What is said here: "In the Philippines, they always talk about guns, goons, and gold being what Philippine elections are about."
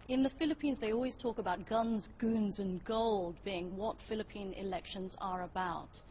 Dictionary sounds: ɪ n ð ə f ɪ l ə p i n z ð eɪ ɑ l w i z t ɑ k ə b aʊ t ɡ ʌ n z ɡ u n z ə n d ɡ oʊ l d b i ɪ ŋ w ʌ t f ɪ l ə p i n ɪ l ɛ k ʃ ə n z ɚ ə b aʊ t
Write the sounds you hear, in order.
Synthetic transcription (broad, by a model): ɪ n ð ə f ɪ l ə p i n z ð eɪ ɑ l w i z t ɑ k ə b aʊ t ɡ ʌ n z ɡ u n z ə n ɡ oʊ l d b i ɪ ŋ w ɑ t f ɪ l ə p i n ɪ l ɛ k ʃ ə n z ɚ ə b aʊ t